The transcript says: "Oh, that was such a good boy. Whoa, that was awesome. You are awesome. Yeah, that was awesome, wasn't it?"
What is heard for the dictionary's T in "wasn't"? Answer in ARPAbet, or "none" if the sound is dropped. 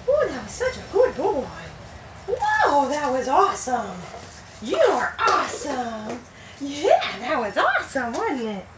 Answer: none